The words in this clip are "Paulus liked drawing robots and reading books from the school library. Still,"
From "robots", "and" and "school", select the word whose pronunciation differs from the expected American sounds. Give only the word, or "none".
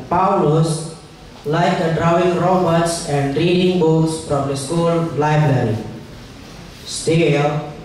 none